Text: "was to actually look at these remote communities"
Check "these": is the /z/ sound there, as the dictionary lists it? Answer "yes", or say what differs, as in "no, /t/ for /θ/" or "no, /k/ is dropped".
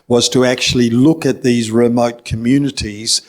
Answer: yes